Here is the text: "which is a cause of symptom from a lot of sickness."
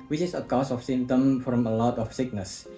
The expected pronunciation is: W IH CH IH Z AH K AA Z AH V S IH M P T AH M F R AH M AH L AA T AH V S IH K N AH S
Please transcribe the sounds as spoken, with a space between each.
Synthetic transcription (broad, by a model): W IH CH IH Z AH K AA S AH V S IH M T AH M F R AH M AH L AA T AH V S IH K N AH S